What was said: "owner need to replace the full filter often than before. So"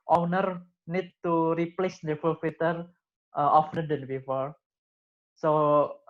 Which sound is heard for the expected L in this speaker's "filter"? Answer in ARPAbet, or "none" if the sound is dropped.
none